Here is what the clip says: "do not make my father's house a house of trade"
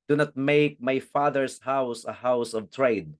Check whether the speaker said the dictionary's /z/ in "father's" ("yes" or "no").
no